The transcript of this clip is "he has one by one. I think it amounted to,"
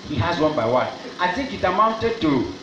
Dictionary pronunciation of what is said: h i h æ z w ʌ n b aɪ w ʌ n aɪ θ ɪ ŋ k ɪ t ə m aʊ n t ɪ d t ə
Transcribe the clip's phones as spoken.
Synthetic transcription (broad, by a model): h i h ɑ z w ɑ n b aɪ w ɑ n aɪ t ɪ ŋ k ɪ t ə m aʊ n t ɪ d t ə